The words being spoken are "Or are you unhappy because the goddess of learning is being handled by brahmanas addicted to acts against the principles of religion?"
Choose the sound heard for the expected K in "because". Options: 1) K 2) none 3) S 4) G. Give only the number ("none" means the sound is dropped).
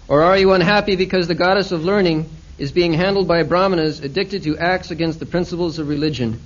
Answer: 1